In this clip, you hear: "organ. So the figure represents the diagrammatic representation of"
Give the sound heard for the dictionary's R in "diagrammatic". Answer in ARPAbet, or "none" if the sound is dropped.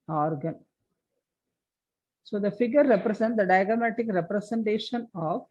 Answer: none